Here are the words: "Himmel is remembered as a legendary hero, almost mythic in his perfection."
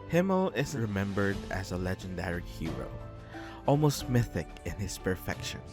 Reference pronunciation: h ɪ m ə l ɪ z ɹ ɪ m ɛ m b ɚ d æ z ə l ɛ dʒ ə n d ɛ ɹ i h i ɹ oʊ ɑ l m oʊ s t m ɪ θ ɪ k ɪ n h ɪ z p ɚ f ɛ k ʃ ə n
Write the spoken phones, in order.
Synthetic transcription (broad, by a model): h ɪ m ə l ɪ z ɹ ɪ m ɛ m b ɚ d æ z ə l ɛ dʒ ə n d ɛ ɹ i h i ɹ oʊ ɑ l m oʊ s t m ɪ θ ɪ k ɪ n h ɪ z p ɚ f ɛ k ʃ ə n